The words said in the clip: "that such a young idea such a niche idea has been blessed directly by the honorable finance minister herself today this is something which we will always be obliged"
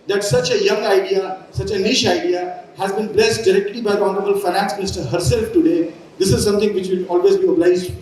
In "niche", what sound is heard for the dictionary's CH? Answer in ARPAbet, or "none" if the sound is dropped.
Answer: SH